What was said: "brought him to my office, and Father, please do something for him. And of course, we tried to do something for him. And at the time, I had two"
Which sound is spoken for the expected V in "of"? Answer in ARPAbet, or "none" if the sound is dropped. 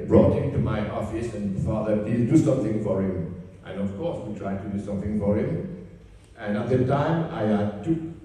F